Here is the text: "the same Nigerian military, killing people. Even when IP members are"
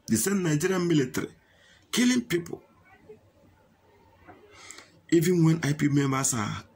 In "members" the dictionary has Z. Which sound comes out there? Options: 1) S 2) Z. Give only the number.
1